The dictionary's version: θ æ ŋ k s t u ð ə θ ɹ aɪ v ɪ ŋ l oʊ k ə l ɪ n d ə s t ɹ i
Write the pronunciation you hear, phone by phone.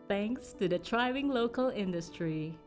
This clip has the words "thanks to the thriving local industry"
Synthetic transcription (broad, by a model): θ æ ŋ k s t u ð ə t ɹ aɪ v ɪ ŋ l oʊ k ə l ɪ n d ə s t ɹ i